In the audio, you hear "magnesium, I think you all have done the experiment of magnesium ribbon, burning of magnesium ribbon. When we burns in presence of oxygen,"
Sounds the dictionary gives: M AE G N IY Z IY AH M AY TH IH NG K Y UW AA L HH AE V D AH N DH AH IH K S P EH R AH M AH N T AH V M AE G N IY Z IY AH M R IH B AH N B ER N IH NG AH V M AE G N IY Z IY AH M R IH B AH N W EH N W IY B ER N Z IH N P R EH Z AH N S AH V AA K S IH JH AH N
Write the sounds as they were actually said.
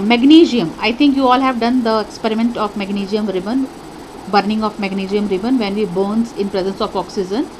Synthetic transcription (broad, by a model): M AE G N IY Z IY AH M AY T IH NG K Y UW AA L HH AE V D AH N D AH IH K S P EH R AH M AH N T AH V M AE G N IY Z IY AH M R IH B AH N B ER N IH NG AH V M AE G N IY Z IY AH M R IH B AH N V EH N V IY B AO N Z IH N P R EH Z AH N S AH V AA K S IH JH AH N